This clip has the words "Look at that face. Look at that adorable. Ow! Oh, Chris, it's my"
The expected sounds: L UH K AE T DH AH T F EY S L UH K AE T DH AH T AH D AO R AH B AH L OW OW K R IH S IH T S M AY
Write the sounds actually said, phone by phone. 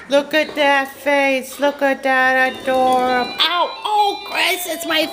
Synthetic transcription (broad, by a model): L UH K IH T DH AH T F EY S L UH K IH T DH AH T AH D AO R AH AH OW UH K R IH S IH T S M AY